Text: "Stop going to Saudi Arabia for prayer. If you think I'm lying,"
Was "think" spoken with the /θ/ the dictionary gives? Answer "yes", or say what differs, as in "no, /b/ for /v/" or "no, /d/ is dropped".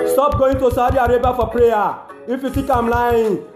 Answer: no, /f/ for /θ/